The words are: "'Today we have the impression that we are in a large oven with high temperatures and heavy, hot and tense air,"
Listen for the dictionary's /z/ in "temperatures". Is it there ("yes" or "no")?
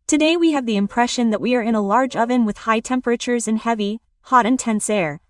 yes